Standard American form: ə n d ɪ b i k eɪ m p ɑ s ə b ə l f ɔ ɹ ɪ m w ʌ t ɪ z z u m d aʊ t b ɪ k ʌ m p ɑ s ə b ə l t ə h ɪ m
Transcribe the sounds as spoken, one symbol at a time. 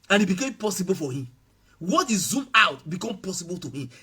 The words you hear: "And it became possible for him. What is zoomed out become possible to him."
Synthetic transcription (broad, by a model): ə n ɪ b i k eɪ m p ɑ s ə b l f ɔ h ɪ m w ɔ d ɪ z z u m aʊ t b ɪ k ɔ m p ɑ s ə b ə l t ə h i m